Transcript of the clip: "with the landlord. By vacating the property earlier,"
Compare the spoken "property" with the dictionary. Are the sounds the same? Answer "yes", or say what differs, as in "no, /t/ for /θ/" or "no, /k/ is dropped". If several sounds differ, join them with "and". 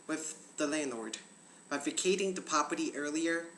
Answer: no, /ɹ/ is dropped